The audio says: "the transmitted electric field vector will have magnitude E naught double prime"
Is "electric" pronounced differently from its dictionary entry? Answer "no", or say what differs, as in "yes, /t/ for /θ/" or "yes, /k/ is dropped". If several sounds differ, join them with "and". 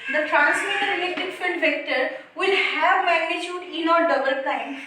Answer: yes, /ɹ/ is dropped